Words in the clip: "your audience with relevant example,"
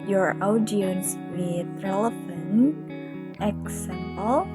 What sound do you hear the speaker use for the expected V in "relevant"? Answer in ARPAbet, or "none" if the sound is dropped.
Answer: F